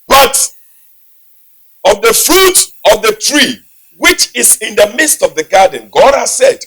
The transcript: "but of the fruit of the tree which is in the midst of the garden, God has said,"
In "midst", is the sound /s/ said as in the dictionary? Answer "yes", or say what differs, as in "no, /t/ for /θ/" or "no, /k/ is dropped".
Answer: yes